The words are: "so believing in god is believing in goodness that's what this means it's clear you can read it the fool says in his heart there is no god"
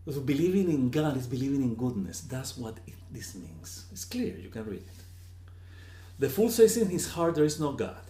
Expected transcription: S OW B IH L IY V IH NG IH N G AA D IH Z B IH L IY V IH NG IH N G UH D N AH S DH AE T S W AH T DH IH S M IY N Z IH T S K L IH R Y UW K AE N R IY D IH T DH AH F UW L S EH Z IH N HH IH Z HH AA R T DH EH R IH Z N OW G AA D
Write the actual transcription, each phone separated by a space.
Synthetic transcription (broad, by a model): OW B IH L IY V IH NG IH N G AA D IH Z B IH L IY V IH NG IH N G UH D N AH S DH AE T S W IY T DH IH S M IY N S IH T S K L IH R Y UW K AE N R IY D IH T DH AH F UW L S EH S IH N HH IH S HH AA R T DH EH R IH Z N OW G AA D